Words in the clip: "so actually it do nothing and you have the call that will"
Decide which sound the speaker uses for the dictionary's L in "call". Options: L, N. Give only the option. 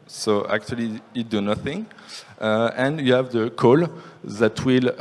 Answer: L